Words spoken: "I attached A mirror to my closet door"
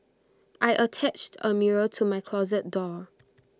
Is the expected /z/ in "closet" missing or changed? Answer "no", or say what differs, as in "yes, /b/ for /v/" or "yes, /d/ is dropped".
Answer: no